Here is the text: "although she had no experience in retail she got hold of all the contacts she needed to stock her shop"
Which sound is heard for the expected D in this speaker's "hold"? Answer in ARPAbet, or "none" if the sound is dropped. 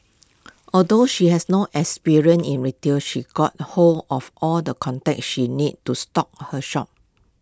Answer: none